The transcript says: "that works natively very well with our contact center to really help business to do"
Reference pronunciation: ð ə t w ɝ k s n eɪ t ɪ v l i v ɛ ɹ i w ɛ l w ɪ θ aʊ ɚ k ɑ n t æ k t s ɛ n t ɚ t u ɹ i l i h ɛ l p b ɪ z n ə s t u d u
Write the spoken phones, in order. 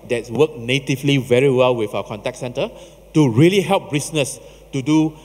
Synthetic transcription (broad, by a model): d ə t w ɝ k n eɪ t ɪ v l i v ɛ ɹ i w ɛ l w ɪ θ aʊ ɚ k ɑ n t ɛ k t s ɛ n t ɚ t u ɹ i l i h ɛ l p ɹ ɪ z n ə s t u d u